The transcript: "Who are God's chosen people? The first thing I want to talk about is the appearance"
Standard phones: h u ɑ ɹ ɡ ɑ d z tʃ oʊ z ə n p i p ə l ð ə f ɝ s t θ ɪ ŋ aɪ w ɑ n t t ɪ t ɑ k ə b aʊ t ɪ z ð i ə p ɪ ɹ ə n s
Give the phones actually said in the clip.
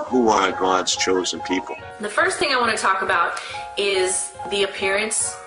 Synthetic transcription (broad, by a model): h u ɑ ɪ ɡ ɑ d z tʃ oʊ z ə n p i p l ð ə f ɝ s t θ ɪ ŋ aɪ w ɑ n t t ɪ t ɑ k ə b aʊ t ɪ z ð i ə p ɪ ɹ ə n s